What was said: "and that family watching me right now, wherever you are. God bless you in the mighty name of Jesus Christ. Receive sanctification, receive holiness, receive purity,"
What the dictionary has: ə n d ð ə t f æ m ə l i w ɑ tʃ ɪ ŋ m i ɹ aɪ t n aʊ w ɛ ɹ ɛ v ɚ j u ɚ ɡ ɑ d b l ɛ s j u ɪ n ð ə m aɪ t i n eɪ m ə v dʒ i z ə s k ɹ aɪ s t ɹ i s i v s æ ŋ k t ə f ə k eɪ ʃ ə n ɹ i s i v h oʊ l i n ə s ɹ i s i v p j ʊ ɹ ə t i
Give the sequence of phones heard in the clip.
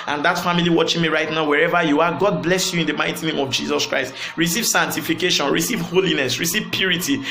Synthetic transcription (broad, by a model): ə n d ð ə t f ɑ m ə l i w ɑ tʃ ɪ ŋ m i ɹ aɪ t n aʊ w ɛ ɹ ɛ v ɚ j u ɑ ɡ ɑ d b l ɛ s j u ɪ n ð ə m aɪ t i n eɪ m ə v dʒ i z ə s k ɹ aɪ s t ɹ i s i v s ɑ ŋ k t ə f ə k eɪ ʃ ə n ɹ i s i v h oʊ l i n ə s ɹ i s i v p j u ɹ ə t i